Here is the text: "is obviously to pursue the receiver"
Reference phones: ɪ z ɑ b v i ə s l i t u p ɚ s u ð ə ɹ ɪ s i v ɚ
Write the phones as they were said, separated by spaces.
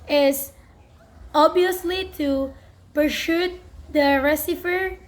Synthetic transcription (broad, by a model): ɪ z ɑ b i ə s l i t u p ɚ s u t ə ɹ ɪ s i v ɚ